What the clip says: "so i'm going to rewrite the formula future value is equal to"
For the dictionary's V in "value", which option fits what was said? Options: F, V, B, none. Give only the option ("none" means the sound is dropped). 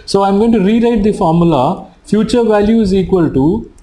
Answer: V